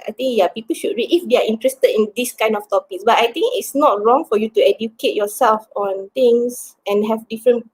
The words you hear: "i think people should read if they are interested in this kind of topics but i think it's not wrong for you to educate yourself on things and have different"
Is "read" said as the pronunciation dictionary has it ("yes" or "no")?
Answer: no